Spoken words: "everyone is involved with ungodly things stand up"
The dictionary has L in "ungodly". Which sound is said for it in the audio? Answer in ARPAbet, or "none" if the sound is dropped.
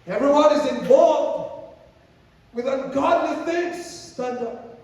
N